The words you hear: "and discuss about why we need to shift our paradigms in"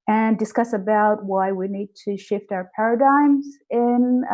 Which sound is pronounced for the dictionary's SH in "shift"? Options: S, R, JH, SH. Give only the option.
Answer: SH